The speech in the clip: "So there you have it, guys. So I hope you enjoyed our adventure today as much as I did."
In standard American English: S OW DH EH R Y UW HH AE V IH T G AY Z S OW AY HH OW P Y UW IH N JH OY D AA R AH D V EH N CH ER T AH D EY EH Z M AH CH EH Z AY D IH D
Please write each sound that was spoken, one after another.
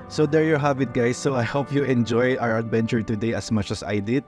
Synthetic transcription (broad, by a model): S OW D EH R Y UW HH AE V IH T G AY S OW AY HH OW P Y UW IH N JH OY AA R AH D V EH N CH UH T AH D EY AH S M AH CH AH S AY D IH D